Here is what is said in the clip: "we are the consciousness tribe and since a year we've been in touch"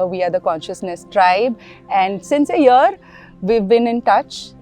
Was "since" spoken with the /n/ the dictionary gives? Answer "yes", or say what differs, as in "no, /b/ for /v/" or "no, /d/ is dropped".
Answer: yes